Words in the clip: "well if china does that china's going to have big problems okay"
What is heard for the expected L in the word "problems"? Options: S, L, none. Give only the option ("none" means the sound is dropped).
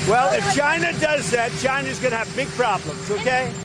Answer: L